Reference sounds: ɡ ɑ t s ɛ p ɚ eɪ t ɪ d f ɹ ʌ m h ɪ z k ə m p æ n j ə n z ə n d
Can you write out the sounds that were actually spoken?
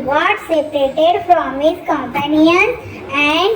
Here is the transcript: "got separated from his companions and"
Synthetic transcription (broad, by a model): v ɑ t s ɛ p ɚ eɪ t ɪ d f ɹ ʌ m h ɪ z k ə m p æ n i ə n ə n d